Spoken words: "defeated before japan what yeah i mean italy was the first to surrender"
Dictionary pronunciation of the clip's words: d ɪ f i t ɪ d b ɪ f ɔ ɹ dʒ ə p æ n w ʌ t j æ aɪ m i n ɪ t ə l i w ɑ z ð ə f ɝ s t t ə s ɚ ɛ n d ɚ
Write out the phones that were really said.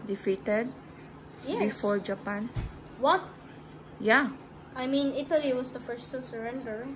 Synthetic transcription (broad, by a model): d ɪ f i t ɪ d b ɪ f ɔ ɹ dʒ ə p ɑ n w ʌ t j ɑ aɪ m i n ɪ t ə l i w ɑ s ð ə f ɝ s t s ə s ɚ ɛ n d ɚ